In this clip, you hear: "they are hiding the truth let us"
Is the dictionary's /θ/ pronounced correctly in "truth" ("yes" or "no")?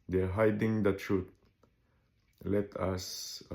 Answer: no